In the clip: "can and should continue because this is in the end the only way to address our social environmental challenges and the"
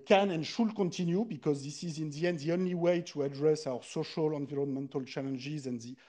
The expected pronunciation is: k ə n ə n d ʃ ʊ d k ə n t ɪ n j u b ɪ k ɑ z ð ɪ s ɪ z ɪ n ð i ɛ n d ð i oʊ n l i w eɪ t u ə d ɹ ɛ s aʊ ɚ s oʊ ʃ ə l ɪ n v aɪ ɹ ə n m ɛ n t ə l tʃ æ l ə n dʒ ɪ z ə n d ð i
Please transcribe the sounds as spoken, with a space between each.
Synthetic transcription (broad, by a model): k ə n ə n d ʃ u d k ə n t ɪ n j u b ɪ k ɑ z ð ɪ s ɪ z ɪ n ð i ɛ n d ð i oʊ n l i w eɪ t u ə d ɹ ɛ s aʊ ɚ s oʊ ʃ ə l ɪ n v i ɹ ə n m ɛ n t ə l tʃ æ l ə n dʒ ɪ z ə n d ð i